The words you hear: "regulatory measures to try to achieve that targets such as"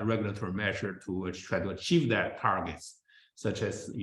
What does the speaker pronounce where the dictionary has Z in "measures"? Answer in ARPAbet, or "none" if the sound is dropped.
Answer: none